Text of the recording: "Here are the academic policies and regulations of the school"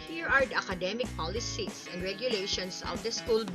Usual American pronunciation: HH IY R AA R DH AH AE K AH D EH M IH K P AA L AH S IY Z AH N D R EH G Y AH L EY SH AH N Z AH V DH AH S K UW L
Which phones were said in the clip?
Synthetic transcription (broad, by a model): HH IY R AA R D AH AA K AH D EH M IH K P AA L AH S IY S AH N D R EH G Y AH L EY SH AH N S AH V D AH S K UW L